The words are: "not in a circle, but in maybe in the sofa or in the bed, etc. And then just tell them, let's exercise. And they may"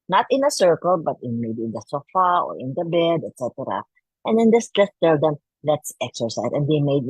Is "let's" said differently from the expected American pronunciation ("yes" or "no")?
no